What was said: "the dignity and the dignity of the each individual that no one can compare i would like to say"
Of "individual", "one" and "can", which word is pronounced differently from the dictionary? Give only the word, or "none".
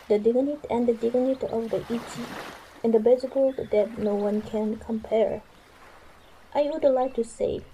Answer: individual